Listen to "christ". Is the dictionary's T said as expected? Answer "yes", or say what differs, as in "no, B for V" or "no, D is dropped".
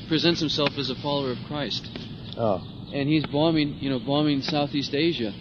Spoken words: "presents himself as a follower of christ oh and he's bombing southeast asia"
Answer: yes